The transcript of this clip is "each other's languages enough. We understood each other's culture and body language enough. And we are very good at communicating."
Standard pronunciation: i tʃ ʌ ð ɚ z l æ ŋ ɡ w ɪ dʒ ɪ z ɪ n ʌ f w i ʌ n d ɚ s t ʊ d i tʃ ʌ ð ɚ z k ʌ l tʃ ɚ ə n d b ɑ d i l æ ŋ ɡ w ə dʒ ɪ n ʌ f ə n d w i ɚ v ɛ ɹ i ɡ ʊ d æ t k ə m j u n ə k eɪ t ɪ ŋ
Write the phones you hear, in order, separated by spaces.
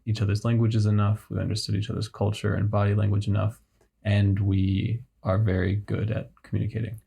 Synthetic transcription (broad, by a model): i tʃ ʌ ð ɚ z l æ ŋ ɡ w ɪ dʒ ɪ z ɪ n ʌ f w i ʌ n d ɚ s t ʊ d i tʃ ʌ ð ɚ z k ʌ l tʃ ɚ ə n b ɑ d i l æ ŋ ɡ w ə dʒ ɪ n ʌ f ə n w i ɚ v ɛ ɹ i ɡ ʊ d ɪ t k m j u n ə k eɪ t ɪ ŋ